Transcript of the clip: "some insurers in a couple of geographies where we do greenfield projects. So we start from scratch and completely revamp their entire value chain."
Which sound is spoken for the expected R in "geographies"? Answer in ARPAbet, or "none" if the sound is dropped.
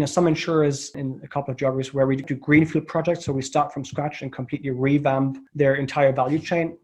none